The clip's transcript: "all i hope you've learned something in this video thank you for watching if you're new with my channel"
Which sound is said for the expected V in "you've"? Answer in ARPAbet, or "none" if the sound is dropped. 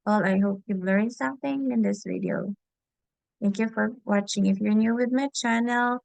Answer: B